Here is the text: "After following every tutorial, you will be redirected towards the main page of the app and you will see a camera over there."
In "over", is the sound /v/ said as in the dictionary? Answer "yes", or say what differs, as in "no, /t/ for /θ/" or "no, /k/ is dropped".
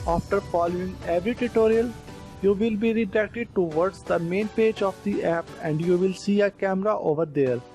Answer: yes